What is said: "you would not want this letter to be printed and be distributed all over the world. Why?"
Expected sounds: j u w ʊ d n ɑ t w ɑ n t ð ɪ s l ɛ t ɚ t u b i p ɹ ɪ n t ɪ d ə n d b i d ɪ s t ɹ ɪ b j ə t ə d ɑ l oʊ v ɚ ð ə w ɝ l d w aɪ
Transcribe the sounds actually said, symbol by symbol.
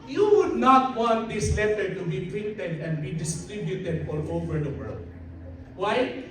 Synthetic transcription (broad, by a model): j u w ʊ d n ɑ t w ɑ n t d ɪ s l ɛ t ɚ t u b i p ɪ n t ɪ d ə n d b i d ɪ s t ɹ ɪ b j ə t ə d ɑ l oʊ v ɚ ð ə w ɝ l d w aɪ